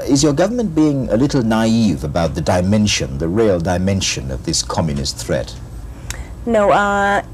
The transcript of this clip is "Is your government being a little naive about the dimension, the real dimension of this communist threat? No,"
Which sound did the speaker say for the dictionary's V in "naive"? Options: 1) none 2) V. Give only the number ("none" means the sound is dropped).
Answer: 2